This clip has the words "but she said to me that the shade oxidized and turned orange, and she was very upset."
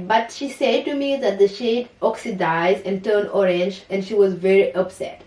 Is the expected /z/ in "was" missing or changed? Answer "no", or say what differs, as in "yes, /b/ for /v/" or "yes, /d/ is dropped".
no